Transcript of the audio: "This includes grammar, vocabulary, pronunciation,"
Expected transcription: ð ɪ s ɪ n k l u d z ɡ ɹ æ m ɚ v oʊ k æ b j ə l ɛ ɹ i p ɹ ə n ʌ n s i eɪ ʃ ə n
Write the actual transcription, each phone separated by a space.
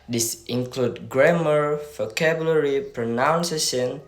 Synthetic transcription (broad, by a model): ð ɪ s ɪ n k l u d ɡ ɹ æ m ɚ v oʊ k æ b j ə l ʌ ɹ i p ɹ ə n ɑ n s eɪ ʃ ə n